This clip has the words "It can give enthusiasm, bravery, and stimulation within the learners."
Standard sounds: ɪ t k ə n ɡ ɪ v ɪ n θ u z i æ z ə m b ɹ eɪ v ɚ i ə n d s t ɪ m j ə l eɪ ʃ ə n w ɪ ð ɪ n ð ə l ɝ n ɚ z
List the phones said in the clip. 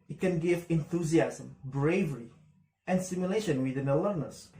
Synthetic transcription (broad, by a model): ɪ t k ə n ɡ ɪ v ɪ n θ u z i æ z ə m b ɹ eɪ v ɚ i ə n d s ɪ m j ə l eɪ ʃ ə n w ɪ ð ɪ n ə l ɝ n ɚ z